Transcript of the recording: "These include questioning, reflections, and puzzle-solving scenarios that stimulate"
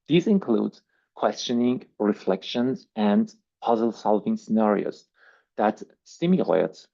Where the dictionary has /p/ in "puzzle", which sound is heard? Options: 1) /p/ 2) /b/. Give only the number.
1